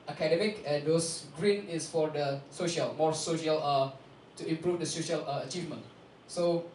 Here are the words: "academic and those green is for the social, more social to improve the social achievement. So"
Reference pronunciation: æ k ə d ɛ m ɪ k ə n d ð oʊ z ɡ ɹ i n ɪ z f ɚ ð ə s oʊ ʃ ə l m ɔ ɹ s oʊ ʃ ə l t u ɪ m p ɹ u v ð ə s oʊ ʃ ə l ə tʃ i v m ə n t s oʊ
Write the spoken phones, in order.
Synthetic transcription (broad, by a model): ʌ k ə d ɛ m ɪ k ə n d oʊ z ɡ ɹ i n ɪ s f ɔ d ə s oʊ ʃ ə l m ɔ ɹ s oʊ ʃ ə l t u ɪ m p ɹ u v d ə s oʊ ʃ ə l ə tʃ i v m ə n t s oʊ